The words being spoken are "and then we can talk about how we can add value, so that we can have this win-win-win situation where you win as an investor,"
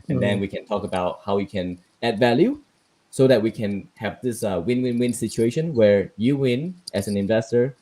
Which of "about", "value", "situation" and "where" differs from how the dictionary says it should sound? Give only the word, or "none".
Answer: none